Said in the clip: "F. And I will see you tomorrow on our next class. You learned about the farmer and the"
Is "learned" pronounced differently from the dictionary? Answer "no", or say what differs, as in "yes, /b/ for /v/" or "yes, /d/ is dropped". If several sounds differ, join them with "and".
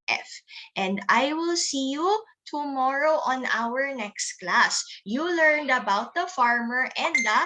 no